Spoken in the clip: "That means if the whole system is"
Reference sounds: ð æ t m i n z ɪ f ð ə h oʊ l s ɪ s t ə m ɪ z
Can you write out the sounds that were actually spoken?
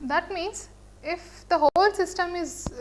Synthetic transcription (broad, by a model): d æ t m i n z ɪ f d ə h oʊ l s ɪ s t ə m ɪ z